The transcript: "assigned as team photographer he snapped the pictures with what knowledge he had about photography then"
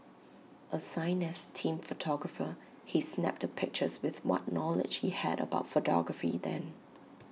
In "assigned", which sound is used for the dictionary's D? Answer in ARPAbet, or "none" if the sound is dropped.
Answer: none